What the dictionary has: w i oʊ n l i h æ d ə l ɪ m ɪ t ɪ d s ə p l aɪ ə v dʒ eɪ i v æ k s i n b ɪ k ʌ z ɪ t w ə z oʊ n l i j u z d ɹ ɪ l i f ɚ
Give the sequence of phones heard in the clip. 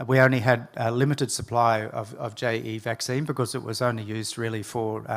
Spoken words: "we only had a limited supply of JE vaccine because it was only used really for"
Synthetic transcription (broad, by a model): w i oʊ n l i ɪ d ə l ɪ m ɪ t ɪ d s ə p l aɪ ə v dʒ eɪ i v æ k s i n b ɪ k ʌ z ɪ t w ə z oʊ n l i j u z d ɹ ɪ l i f ɚ